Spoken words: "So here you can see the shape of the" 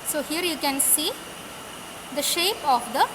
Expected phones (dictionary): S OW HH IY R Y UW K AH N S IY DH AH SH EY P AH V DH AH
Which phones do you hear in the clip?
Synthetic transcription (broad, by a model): S OW HH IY R Y UW K AH N S IY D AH SH EY P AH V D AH